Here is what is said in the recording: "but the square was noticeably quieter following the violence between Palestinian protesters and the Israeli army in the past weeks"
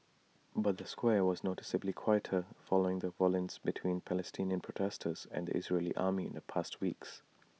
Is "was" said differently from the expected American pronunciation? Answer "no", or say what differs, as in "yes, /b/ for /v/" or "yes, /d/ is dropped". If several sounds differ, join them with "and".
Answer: no